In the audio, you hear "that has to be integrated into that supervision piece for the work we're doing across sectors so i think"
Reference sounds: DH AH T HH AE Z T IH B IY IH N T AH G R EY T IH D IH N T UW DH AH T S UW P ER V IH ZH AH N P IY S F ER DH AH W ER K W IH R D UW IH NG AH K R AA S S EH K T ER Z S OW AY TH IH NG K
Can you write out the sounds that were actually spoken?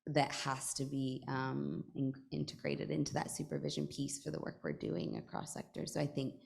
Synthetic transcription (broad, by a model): DH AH T HH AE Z T IH B IY IH N T AH G R EY T IH D IH N T UW DH AH T S UW P ER V IH ZH AH N P IY S F ER DH AH W ER K W IH R D UW IH NG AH K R AA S S EH K T ER S OW AY TH IH NG K